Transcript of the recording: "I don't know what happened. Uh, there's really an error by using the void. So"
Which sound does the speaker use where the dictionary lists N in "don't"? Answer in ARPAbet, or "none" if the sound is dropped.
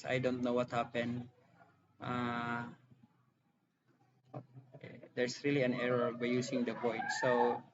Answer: N